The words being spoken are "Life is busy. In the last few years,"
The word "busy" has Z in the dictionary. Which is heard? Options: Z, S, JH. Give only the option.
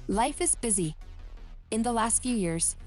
Z